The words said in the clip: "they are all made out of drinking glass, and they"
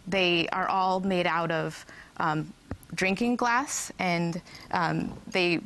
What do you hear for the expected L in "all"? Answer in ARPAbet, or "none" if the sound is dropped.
L